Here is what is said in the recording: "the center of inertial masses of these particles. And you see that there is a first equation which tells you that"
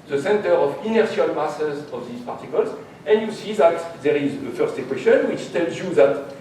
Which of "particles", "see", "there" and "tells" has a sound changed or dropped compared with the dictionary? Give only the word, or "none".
none